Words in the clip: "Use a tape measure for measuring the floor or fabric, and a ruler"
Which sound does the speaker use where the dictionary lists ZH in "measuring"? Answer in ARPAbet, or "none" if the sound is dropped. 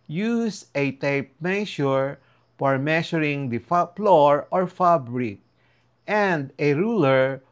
SH